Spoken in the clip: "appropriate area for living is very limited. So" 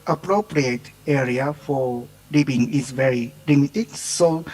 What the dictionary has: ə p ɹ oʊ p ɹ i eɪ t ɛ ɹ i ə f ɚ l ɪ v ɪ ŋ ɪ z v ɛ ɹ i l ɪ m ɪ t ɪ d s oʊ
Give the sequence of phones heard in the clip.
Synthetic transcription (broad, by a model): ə p ɹ oʊ p ɹ i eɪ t ɛ ɹ i ə f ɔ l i b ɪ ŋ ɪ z v ɛ ɹ i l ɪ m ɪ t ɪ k s oʊ